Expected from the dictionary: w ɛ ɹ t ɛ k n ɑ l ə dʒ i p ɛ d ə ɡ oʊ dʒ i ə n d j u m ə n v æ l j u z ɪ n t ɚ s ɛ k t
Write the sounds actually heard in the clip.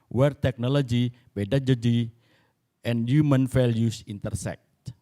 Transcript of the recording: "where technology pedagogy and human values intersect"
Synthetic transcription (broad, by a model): w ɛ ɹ t ɛ k n ɑ l ə dʒ i b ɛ d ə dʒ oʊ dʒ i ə n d j u m ə n f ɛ l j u s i n t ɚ s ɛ k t